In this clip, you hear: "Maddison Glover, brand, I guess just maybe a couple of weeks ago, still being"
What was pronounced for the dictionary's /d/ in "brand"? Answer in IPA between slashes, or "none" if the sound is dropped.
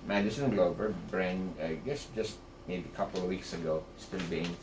none